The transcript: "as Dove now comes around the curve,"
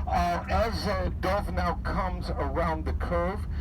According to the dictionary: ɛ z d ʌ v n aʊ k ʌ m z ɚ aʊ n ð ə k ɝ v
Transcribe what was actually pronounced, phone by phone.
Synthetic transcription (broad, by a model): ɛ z d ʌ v n aʊ k ʌ m z ɚ aʊ n ð ə k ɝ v